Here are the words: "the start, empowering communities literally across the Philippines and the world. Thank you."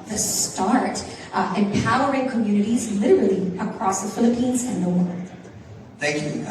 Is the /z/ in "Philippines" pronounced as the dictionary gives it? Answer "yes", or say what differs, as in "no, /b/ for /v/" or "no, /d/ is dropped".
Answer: yes